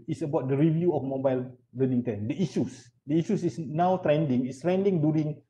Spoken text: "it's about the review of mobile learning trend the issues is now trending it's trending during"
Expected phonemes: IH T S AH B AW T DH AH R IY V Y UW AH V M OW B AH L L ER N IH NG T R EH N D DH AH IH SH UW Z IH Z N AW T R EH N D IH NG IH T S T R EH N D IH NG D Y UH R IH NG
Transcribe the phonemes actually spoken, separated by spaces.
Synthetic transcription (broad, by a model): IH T S AH B AW T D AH R IY V Y UW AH F M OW B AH L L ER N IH NG T EH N D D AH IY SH UW S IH S N AW T R EH N D IH NG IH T S T R EH N D IH NG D Y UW R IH NG